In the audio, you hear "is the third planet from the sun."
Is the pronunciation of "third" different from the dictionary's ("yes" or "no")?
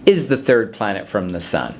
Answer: no